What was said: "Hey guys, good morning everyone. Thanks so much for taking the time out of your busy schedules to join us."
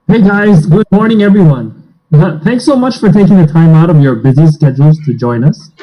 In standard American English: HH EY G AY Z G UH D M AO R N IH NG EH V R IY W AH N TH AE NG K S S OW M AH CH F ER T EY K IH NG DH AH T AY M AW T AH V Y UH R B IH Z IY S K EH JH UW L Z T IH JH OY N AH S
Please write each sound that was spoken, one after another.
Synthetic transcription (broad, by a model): HH EY G AY Z G UH D M AO R N IH NG EH V R IY W AH N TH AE NG K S S OW M AH CH F ER T EY K IH NG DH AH T AY M AW T AH V Y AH R B IH Z IY S K EH JH L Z T IH JH OY N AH S